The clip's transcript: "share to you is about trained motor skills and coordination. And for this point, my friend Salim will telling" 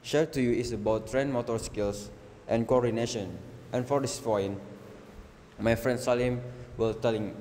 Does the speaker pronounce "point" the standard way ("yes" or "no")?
no